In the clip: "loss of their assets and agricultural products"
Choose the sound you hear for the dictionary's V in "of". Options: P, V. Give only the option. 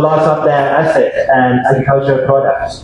P